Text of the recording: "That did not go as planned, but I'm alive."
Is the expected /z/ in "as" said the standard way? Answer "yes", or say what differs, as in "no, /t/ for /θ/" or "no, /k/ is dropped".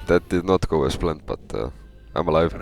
no, /s/ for /z/